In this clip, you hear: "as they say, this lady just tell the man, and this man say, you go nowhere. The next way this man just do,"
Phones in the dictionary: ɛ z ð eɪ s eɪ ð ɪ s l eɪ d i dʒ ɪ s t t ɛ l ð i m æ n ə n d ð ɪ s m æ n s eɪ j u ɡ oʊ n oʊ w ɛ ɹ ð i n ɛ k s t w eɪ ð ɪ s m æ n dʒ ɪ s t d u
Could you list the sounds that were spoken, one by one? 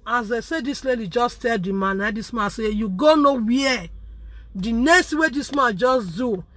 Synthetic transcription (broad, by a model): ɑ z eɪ s eɪ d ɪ s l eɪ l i dʒ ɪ s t t ɛ l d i m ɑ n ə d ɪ s m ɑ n s eɪ j u ɡ oʊ n oʊ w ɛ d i n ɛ s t w eɪ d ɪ s m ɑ n dʒ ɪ s d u